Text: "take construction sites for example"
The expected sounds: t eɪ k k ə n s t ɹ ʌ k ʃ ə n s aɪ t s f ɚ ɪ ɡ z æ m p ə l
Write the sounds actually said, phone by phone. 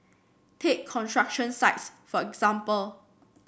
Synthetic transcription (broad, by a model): t eɪ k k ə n t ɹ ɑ k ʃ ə n s aɪ t s f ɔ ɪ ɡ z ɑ m p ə l